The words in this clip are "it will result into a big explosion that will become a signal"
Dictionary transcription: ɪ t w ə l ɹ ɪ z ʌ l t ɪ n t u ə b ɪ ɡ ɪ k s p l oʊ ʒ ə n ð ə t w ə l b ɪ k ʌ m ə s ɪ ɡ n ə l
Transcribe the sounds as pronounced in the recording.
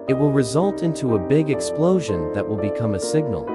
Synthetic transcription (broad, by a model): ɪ t w ə l ɹ ɪ z ʌ l t ɪ n t u ə b ɪ ɡ ɪ k s p l oʊ ʒ ə n ð ə t w ə l b ɪ k ʌ m ə s ɪ ɡ n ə l